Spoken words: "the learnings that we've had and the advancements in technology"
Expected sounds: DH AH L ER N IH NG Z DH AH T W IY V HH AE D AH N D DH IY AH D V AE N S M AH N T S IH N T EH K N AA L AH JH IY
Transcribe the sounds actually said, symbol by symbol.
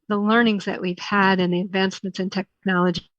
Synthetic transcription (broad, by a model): DH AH L ER N IH NG Z DH AH T W IY V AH D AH N DH IY AH D V AE N S M AH N T S IH N T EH K N AA L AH JH